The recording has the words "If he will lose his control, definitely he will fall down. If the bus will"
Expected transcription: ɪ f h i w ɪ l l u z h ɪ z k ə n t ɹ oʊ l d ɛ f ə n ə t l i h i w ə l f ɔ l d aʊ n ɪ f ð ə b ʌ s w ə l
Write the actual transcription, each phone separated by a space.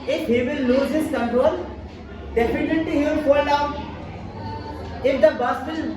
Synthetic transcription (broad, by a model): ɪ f h i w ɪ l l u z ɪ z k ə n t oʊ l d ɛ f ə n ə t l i h i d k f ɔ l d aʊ ɪ f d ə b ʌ s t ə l